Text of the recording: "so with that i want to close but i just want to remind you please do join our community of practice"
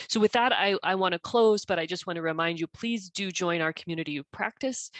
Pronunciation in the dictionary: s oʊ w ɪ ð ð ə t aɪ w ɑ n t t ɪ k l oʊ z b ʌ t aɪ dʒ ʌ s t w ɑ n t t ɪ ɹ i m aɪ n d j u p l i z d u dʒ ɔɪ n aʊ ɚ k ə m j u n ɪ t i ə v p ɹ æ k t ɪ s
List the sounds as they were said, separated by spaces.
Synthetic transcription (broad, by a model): s oʊ w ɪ ð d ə t aɪ w ɑ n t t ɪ k l oʊ z b ʌ t aɪ dʒ ʌ s t w ɑ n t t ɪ ɹ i m aɪ n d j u p l i z d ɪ dʒ ɔɪ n aʊ ɚ k m j u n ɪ t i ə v p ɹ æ k t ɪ s